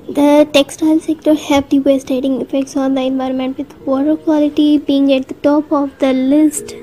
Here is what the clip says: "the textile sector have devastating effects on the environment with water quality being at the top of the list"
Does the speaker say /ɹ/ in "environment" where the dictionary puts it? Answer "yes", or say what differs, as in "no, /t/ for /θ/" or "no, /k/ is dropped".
yes